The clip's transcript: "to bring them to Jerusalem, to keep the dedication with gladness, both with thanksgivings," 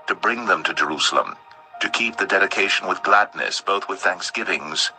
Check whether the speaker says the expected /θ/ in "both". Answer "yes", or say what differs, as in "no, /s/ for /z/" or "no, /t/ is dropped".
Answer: yes